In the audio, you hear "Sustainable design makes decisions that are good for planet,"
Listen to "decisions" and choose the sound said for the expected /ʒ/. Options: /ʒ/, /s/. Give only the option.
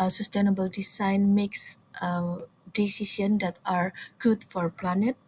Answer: /s/